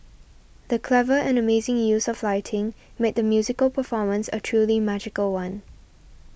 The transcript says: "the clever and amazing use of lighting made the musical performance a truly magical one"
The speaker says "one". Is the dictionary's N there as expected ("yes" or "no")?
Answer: yes